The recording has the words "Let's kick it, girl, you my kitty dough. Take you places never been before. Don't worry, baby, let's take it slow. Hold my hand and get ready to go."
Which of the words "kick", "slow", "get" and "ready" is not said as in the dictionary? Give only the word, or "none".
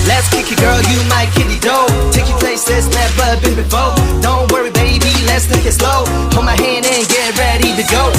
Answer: none